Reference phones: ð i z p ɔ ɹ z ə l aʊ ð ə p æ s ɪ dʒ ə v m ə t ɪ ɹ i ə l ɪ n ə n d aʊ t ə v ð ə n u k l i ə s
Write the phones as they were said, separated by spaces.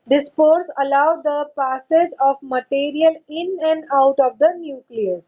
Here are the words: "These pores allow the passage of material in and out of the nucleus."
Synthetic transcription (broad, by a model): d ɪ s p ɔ ɹ s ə l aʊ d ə p æ s ɪ dʒ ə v m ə t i ɹ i ə l ɪ n ə n d aʊ t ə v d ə n u k l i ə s